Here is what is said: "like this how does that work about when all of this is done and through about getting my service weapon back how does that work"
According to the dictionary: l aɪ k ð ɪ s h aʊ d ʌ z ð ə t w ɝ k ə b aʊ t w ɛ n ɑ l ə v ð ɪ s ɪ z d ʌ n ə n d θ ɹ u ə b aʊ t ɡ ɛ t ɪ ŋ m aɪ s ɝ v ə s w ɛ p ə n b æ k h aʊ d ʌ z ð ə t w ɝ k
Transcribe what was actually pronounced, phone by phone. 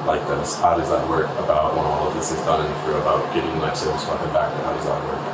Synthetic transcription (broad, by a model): l aɪ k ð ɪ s h aʊ d ʌ z ð ə t w ɝ k ə b aʊ t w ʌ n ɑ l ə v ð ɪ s ɪ z d ʌ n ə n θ ɹ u ə b aʊ t ɡ ɛ t ɪ ŋ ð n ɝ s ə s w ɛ ə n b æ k h aʊ d ʌ z ð ə t w ɝ k